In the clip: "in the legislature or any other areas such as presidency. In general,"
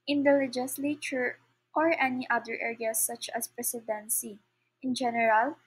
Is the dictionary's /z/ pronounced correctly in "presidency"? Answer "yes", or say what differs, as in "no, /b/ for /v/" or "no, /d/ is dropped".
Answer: no, /s/ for /z/